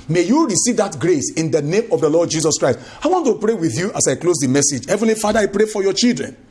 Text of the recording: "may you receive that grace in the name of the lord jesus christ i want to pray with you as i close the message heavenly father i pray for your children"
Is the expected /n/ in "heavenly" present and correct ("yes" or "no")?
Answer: yes